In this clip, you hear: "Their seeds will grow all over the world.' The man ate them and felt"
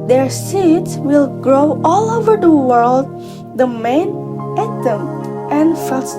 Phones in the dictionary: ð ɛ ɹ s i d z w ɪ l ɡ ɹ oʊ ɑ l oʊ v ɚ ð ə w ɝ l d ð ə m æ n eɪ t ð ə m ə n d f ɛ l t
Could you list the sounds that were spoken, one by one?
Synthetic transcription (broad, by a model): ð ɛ ɹ s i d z w ɪ l ɡ ɹ oʊ ɑ l oʊ v ɚ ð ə w ɝ l d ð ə m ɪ n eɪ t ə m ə n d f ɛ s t